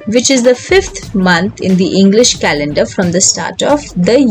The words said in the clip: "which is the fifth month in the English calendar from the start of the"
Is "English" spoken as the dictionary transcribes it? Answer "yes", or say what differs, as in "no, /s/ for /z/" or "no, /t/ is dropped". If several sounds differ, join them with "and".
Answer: yes